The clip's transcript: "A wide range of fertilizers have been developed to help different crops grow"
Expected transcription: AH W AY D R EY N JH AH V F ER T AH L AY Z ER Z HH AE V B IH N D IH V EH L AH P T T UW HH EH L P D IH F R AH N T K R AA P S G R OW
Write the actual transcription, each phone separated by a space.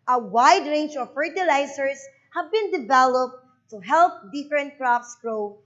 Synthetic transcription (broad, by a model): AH W AY D R EY N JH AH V F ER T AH L AY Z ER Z HH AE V B IH N D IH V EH L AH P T T UW HH EH L P D IH F R AH N T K R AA F S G R OW